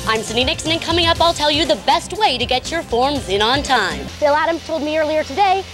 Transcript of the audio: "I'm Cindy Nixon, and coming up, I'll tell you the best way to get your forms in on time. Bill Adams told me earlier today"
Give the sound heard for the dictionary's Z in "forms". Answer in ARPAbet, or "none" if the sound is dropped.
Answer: Z